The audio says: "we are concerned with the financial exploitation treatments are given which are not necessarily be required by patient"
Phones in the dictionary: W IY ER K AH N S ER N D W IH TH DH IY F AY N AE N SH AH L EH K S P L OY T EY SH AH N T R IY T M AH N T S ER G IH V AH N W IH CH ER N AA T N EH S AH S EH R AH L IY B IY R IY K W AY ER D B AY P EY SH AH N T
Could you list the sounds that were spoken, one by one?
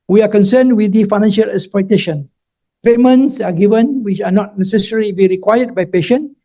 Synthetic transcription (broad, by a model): W IY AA K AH N S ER N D W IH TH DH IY F AY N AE N SH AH L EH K S P OY T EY SH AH N T R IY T M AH N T S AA G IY V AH N W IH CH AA N AA T N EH S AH S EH R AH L IY B IY R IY K W AY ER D B AY P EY SH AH N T